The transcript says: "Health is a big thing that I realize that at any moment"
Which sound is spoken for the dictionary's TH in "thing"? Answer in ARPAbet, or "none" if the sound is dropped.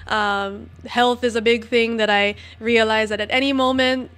TH